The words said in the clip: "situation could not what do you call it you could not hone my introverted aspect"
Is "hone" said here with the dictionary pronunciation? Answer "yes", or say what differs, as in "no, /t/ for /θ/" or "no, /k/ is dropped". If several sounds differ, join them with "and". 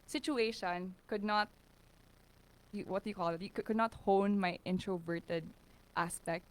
yes